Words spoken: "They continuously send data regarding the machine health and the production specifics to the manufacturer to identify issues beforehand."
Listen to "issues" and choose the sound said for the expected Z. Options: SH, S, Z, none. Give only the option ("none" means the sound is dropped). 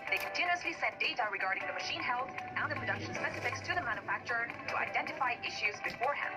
Z